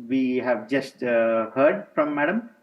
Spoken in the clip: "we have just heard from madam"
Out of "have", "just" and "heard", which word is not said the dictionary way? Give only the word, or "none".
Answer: none